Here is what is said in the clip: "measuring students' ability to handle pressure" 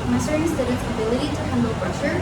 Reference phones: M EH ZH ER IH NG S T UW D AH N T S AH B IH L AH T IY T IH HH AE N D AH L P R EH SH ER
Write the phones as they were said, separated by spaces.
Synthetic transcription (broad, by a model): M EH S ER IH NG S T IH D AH T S AH B IH L AH T IY T IH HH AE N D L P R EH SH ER